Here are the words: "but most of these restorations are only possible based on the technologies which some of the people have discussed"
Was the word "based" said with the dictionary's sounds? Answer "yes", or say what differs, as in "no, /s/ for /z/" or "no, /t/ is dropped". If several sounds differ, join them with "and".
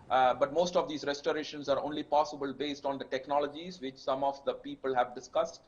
yes